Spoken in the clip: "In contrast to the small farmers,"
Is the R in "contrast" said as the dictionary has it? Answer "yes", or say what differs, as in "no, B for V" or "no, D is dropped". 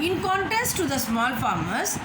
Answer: no, R is dropped